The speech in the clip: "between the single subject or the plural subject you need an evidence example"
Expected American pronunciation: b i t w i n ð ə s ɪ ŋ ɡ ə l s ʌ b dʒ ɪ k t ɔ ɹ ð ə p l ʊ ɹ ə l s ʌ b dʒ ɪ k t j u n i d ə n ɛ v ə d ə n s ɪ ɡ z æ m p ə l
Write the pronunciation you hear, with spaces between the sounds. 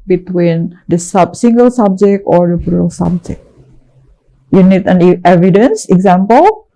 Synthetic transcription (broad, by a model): b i t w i n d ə s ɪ ŋ ɡ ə l s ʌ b dʒ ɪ k t ɔ ɹ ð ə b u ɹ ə l s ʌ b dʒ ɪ k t j u n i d ə n ɛ v ə d ə n s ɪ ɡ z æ m p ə l